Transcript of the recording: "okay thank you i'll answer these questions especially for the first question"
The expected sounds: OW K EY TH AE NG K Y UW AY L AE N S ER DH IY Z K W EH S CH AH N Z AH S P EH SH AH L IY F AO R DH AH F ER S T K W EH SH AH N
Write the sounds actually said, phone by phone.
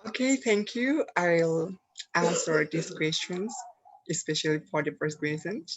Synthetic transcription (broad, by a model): OW K EY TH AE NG K Y UW AY L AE S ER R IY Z K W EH S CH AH N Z AH S P EH SH AH L IY F AO R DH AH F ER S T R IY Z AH N